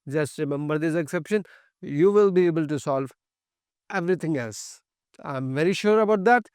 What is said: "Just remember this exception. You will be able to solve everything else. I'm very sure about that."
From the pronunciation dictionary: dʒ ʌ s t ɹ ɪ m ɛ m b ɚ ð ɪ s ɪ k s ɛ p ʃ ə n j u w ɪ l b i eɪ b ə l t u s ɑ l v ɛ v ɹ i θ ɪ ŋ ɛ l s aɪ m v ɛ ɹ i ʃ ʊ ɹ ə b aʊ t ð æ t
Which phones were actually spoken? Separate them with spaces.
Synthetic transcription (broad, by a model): dʒ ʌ s t ɹ ɪ m ɛ m b ɚ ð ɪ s ɪ k s ɛ p ʃ ə n j u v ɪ l b i eɪ b ə l t u s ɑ l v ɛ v ɹ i t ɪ ŋ ɛ l s aɪ m v ɛ ɹ i ʃ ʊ ɹ ə b aʊ t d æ t